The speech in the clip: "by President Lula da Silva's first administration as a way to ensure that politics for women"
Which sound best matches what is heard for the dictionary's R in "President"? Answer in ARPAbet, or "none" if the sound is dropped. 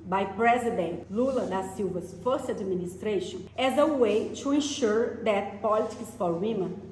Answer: R